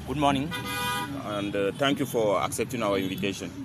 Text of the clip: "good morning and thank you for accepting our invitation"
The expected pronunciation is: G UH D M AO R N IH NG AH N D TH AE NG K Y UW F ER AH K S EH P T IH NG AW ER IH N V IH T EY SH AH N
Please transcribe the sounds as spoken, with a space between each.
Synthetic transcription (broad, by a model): G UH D M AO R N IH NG AH N D T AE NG K Y UW F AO AH K S EH P T IH NG AW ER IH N V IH T EY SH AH N